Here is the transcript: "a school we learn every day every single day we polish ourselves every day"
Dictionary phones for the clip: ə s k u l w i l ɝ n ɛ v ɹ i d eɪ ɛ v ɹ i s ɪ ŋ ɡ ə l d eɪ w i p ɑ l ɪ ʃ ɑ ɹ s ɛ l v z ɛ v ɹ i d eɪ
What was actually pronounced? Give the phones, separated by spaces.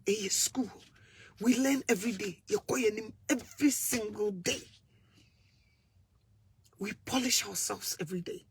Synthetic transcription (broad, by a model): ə s k u l w i l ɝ n ɛ v ɹ i d eɪ ɛ v ɹ i s ɪ ŋ ɡ ə l d eɪ w i p ɑ l ɪ ʃ ɑ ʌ s ɛ l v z ɛ v ɹ i d eɪ